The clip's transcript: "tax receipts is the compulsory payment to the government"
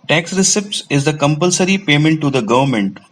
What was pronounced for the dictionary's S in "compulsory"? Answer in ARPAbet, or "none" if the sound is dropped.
S